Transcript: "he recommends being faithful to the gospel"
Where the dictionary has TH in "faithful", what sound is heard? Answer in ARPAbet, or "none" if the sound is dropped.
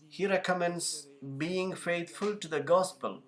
T